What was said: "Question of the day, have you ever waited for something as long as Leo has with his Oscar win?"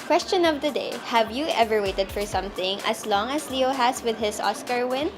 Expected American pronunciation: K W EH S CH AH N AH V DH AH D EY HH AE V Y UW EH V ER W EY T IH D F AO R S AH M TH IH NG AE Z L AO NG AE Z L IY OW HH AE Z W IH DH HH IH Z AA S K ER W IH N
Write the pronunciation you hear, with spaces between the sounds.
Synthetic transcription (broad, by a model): K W EH S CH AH N AH V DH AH D EY HH AE V Y UW EH V ER W EY T IH D F AO R S AH M TH IH NG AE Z L AO NG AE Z L IY OW HH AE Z W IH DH HH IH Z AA S K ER W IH N